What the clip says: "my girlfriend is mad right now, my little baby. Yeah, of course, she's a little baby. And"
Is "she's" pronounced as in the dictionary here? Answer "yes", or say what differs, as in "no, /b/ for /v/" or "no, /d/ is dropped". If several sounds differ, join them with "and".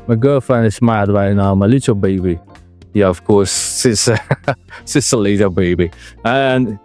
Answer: no, /s/ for /ʃ/ and /s/ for /z/